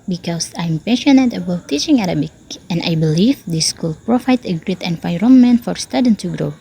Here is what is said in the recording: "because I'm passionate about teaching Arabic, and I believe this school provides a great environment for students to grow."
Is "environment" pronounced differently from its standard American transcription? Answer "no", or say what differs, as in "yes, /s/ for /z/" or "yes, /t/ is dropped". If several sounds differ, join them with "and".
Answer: yes, /f/ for /v/